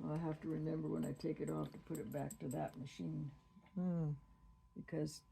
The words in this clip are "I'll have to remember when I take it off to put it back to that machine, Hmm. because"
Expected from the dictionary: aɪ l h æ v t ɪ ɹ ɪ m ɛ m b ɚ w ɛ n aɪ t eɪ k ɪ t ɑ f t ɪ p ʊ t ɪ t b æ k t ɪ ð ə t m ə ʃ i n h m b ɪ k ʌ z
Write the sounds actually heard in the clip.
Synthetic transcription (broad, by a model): aɪ h æ f t ɪ ɹ ɪ m ɛ m b ɚ w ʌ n aɪ t eɪ k ɪ t ɑ f t ɪ p ʊ t ɪ t b æ k t ɪ ð ə t m ə ʃ i n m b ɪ k ʌ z